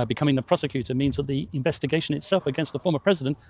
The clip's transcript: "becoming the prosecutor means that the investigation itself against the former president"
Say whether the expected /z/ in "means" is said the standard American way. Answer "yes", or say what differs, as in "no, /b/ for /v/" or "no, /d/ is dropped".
yes